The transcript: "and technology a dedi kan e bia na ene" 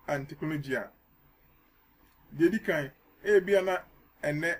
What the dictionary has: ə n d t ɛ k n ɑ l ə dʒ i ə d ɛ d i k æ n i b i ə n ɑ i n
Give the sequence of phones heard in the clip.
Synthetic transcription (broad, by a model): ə n t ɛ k ɑ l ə dʒ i ə d ɛ d i k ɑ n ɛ b i ə n ɑ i n